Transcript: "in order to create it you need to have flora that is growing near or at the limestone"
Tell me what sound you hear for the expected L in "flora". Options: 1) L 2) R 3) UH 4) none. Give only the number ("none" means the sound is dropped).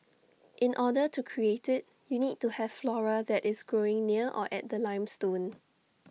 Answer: 1